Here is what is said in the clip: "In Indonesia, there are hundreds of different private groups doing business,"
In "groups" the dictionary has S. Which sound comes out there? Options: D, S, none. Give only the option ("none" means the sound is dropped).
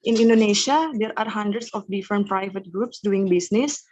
S